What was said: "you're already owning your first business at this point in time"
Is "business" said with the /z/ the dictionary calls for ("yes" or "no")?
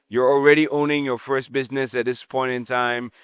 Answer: yes